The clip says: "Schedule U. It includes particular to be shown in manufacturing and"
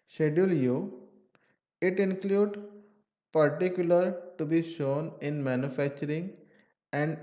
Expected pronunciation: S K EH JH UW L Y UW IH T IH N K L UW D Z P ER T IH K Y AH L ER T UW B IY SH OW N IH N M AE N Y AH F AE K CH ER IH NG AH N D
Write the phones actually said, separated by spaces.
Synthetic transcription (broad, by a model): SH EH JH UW L Y UW IH T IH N K L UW D P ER T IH K Y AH L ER T UW B IY SH OW N IH N M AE N Y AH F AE K CH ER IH NG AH N D